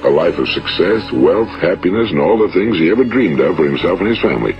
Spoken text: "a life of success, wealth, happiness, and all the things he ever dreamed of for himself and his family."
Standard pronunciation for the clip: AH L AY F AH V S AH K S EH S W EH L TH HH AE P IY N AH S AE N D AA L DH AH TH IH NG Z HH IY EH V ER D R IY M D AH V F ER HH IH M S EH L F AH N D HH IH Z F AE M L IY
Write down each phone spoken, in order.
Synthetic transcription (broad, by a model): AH L AY F AH V S AH K S EH S W EH L TH HH AE P IY N AH S N AA L DH AH TH IH NG Z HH IY EH V ER D R IY M D AH V F ER HH IH M S EH L F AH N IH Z F AE M L IY